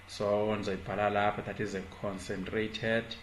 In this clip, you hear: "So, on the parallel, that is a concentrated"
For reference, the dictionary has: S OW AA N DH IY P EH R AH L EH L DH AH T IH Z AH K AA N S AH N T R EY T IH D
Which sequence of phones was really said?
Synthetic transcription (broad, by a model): S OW AA N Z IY B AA L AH L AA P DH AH T IH Z AH K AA N S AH N T R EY T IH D